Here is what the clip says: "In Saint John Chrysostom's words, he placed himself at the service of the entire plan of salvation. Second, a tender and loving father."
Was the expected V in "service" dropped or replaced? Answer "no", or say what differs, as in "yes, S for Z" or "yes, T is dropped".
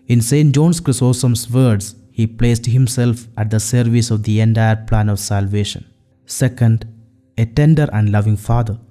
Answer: no